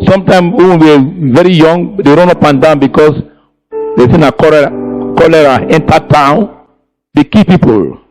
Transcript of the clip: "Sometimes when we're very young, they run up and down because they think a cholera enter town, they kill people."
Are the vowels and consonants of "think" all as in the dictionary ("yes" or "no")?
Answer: no